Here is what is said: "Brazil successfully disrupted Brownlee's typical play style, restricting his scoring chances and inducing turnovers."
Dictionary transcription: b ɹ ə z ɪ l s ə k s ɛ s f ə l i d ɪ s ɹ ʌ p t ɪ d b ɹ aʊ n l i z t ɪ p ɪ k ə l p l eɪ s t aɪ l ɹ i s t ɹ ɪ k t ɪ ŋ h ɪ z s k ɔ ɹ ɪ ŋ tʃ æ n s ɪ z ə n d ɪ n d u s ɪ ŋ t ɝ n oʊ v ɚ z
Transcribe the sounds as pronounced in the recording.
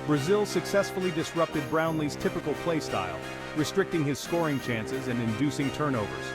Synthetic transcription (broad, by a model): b ɹ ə z ɪ l s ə k s ɛ s f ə l i d ɪ s ɹ ʌ p t ɪ d b ɹ aʊ n l i z t ɪ p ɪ k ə l p l eɪ s t aɪ l ɹ i s t ɹ ɪ k t ɪ ŋ ɪ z s k ɔ ɹ ɪ ŋ tʃ æ n s ɪ z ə n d ɪ n d u s ɪ ŋ t ɝ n oʊ v ɚ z